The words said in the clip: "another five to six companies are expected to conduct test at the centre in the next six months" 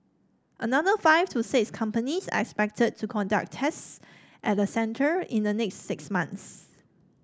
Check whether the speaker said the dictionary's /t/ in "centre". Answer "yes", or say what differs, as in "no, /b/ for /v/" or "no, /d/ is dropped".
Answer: yes